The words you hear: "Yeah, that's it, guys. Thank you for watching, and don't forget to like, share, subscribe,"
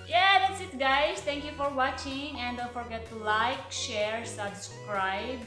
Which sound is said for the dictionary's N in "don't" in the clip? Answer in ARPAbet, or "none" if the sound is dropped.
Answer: L